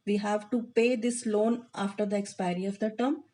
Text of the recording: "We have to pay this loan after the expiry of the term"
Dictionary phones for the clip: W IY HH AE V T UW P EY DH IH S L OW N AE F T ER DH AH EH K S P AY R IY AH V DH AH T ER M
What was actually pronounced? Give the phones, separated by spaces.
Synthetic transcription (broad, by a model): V IY HH AE V T UW P EY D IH S L OW N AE F T ER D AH EH K S P AY R IY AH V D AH T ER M